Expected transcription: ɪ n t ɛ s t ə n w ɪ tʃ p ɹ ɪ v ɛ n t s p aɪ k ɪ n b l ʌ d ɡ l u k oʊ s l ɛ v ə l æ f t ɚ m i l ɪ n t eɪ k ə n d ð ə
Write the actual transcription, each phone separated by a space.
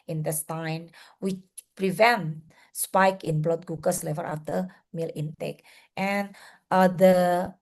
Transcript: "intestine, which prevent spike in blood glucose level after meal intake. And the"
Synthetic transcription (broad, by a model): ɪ n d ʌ s t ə n w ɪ tʃ p ɹ ɪ v ɛ n t s p aɪ k ɪ n b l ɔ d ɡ u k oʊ s l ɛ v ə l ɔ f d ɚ m i l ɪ n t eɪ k ə n d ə